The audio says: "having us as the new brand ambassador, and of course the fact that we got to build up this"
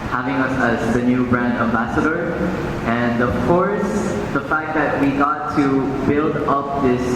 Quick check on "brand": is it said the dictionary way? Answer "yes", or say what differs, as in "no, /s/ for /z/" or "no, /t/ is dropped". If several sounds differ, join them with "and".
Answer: yes